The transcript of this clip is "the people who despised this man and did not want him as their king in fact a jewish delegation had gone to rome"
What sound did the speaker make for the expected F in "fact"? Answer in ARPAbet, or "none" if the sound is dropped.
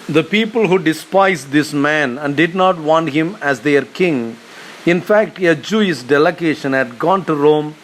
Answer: F